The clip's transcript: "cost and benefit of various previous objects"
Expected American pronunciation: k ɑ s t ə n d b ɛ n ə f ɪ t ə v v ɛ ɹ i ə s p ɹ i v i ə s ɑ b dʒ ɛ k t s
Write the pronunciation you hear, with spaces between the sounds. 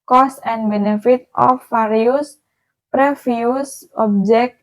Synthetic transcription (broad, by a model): k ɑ s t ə n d b ɛ n ə f ɪ t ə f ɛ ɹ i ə s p ɹ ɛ f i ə s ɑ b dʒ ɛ k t